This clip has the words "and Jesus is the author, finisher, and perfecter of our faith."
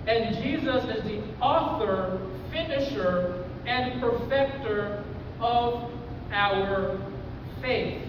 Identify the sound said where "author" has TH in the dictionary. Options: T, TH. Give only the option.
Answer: TH